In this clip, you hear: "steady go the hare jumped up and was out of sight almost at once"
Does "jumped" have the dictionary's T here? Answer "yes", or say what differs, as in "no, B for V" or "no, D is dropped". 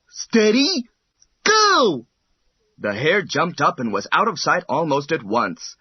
yes